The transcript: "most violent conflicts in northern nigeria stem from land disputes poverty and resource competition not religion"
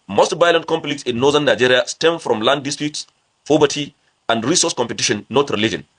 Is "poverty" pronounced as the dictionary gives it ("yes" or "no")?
no